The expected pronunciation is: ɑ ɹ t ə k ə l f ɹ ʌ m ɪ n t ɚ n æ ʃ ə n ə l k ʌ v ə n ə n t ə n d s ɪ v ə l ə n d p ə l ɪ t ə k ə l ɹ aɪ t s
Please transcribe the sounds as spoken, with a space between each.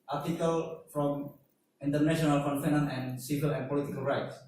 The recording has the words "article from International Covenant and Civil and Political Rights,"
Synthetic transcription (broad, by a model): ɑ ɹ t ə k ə l f ɹ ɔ m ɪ n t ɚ n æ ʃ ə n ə l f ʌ f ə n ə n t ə n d s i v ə l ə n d p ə l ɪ t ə k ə l ɹ aɪ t s